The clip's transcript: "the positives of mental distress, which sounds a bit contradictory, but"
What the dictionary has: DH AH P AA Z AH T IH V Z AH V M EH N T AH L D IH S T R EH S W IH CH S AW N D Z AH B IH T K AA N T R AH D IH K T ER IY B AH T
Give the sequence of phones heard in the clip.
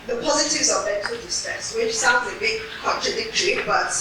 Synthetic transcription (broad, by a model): DH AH P AA Z AH T IH V Z AH V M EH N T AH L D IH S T EH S W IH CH S AW N D Z AH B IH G K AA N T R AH D IH K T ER IY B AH T